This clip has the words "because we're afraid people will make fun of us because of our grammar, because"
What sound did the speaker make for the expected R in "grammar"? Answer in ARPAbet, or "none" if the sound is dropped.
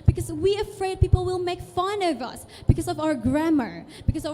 R